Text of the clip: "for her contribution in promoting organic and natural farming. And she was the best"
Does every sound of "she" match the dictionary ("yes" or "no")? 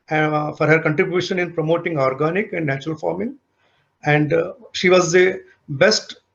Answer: yes